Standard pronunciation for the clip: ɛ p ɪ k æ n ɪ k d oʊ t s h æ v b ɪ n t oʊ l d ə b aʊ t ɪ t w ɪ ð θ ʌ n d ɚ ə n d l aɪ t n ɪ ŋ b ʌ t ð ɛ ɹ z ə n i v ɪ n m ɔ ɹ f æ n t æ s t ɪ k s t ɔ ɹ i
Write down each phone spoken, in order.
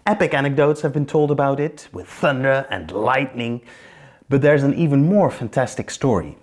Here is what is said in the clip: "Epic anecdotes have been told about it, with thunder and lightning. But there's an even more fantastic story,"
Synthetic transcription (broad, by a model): ɛ p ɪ k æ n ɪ k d oʊ t s h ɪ v b ɪ n t oʊ l d ə b aʊ t ɪ t w ɪ ð θ ʌ n d ɚ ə n l aɪ t n ɪ ŋ b ʌ t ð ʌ ɹ z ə n i v ɪ n m ɔ ɹ f æ n t æ s t ɪ k s t ɔ ɹ i